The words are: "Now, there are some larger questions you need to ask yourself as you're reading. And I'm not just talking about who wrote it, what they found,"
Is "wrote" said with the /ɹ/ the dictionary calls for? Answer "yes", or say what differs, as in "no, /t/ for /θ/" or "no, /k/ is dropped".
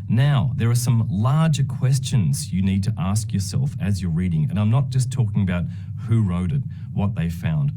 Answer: yes